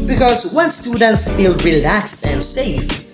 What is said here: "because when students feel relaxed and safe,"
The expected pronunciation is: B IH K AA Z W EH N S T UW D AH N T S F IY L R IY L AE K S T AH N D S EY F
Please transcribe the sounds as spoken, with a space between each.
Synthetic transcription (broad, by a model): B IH K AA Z W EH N S T UW D AH N T S F IY L R IY L AE K S T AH N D S EY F